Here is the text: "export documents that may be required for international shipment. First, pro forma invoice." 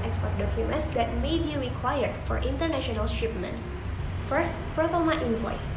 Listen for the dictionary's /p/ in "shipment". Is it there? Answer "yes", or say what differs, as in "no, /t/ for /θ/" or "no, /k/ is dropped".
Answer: yes